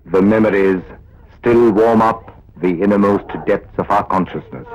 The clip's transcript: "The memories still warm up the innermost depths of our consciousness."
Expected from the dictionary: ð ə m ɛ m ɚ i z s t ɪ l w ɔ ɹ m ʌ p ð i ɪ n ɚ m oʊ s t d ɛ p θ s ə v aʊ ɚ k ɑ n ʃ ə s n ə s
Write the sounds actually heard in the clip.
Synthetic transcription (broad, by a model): ð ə m ɛ m ɚ i z s t ɪ l w ɔ ɹ m ʌ p ð i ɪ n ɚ m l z t d ɛ p t s ə v aʊ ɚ k ɑ n ʃ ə s n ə s